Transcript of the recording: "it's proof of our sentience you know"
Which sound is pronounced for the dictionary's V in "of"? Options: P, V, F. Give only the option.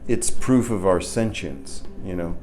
V